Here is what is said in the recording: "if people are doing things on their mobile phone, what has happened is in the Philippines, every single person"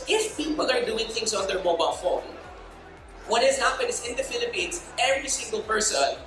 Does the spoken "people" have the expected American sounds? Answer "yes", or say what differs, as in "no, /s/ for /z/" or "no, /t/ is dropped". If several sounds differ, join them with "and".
no, /n/ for /l/